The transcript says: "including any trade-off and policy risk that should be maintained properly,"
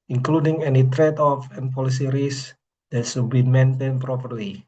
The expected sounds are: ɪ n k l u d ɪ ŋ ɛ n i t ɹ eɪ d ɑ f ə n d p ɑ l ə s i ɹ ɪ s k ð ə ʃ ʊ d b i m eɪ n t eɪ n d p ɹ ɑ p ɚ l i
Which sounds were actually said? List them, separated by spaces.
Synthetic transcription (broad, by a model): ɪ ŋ k l u d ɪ ŋ ɛ n i t ɹ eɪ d ɑ f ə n p ɑ l ə s i ɹ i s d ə s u b i m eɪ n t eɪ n p ɹ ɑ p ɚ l i